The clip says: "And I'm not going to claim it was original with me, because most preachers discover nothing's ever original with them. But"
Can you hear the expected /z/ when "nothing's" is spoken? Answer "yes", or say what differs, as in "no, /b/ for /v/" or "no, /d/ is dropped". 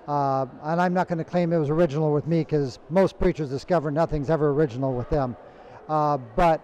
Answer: yes